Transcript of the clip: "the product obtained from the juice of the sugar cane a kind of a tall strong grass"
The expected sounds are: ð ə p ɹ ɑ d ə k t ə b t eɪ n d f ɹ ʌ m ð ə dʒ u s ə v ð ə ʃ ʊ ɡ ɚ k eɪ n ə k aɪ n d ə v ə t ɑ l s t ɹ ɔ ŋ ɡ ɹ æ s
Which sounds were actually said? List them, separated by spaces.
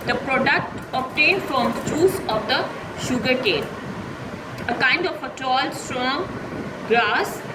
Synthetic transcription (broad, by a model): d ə p ɹ ɑ d ə k t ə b t eɪ n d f ɹ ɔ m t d u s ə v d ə ʃ ʊ ɡ ɚ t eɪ l ə k aɪ n d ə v ə t ɑ l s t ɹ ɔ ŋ ɡ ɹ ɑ s